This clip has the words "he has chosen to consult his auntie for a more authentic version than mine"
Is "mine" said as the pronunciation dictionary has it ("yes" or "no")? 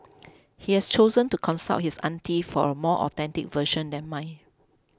no